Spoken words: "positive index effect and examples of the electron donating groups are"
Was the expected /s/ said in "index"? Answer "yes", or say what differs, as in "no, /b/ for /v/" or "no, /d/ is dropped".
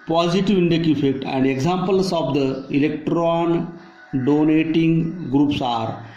no, /s/ is dropped